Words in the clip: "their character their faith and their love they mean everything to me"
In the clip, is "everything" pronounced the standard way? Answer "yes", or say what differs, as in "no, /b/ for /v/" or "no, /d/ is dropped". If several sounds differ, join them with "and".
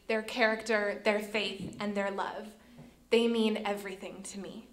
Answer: yes